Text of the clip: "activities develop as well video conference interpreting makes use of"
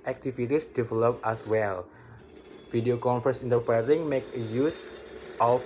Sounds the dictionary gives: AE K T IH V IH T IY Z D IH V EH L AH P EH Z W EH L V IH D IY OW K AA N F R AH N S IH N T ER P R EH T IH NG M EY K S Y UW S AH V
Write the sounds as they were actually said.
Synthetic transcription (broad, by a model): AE K T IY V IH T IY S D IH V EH L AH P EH S W EH L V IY D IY OW K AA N F AH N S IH N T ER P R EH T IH NG M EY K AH Y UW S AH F